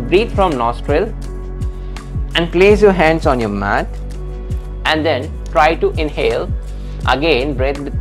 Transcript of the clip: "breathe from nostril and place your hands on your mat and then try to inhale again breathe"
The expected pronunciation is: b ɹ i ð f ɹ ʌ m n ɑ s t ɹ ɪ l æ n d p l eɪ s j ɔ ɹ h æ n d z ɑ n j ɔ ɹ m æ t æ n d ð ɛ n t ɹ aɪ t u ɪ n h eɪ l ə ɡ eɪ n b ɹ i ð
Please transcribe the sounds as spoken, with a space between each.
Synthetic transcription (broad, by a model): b ɹ i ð f ɹ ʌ m n ɑ s t ɹ ɪ l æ n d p l eɪ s j ɔ ɹ h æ n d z ɑ n j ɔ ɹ m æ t æ n d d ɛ n t ɹ aɪ t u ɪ n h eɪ l ə ɡ eɪ n b ɹ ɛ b